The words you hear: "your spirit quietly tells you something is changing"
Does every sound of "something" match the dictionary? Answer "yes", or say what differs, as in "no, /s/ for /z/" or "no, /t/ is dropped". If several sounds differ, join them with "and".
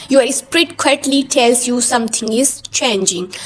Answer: no, /t/ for /θ/